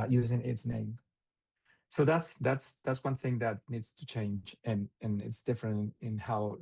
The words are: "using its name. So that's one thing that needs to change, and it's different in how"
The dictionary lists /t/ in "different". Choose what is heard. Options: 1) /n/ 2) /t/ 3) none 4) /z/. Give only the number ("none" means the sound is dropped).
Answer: 2